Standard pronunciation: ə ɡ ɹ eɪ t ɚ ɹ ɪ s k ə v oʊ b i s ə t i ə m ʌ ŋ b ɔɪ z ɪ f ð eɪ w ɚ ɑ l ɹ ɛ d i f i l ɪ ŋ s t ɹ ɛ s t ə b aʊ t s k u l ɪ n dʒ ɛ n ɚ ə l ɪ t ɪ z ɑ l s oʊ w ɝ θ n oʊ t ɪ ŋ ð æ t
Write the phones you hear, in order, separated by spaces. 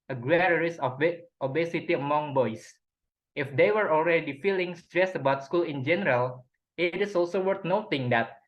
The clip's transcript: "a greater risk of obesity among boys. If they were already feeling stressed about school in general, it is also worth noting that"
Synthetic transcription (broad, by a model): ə ɡ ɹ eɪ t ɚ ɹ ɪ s ə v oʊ b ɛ s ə t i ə m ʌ ŋ b ɔɪ s ɪ f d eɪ w ɚ ɑ l ɹ ɛ d i f i l ɪ ŋ s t ɹ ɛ s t ə b aʊ t s k u l ɪ n dʒ ɛ n ɚ ə l ɪ t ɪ s ɑ l s oʊ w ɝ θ n oʊ t ɪ ŋ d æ t